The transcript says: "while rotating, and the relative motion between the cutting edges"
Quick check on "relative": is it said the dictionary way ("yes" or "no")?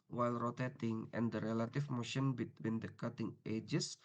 no